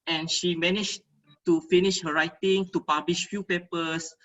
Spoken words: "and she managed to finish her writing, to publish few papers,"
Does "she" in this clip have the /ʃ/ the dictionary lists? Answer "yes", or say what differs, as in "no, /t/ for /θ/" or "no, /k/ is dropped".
yes